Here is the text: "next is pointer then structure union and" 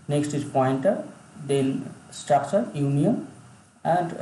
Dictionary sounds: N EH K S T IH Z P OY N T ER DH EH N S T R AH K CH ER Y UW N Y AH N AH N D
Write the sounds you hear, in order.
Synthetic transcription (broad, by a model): N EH K S T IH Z P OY N T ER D EH L S T R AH K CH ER Y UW N Y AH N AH N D